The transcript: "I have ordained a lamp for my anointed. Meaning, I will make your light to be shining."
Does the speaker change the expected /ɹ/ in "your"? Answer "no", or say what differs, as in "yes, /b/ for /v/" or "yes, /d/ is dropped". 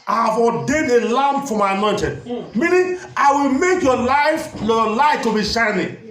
yes, /l/ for /ɹ/